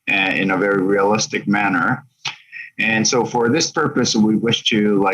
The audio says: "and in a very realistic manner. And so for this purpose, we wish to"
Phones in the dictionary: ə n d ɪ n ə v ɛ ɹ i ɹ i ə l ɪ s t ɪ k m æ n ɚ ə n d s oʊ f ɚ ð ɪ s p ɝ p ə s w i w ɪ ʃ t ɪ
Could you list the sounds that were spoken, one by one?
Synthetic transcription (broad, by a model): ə ɪ n ə v ɛ ɹ i ɹ i ə l ɪ s t ɪ k m æ n ɚ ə n s oʊ f ɚ ð ɪ s p ɝ p ə s w i w ɪ ʃ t ɪ